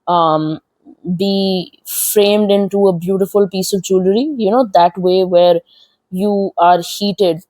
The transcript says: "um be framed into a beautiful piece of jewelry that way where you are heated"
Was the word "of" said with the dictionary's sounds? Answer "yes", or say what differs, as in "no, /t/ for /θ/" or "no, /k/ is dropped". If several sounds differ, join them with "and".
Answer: yes